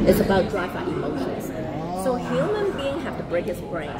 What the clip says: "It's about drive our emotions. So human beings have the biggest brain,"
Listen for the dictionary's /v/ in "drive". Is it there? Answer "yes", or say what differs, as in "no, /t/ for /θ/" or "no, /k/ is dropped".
no, /f/ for /v/